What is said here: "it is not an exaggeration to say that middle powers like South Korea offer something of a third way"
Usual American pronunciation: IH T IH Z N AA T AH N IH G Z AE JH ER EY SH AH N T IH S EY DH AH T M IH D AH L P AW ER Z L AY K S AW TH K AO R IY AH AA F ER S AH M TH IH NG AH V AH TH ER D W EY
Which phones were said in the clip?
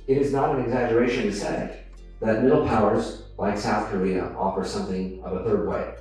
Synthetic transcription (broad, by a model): IH T IH Z N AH T AH N IH G Z AE JH ER EY SH AH N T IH S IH DH AH T M IH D L P AW ER Z L AY K S AW TH K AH R IY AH AA F ER S AH M TH IH NG AH V AH TH ER D W EY